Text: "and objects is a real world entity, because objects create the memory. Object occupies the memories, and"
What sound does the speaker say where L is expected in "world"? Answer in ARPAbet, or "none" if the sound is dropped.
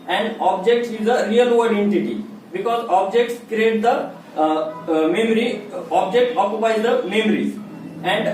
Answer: none